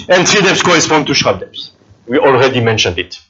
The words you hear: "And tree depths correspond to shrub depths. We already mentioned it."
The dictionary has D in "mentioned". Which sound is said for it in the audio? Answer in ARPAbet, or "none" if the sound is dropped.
D